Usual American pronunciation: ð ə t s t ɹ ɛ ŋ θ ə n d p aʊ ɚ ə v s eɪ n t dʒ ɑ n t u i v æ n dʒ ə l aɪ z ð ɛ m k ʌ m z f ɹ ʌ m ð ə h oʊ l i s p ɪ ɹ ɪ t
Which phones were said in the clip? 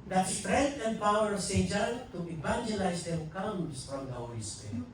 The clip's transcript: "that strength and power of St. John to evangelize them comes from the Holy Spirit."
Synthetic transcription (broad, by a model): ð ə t s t ɹ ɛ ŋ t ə n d p aʊ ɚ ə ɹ s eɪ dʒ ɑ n t u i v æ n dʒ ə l aɪ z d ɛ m k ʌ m s f ɹ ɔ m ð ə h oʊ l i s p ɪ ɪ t